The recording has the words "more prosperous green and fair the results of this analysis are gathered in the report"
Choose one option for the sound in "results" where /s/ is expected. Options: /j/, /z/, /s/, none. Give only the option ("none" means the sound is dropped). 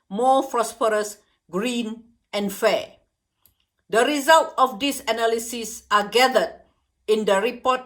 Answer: none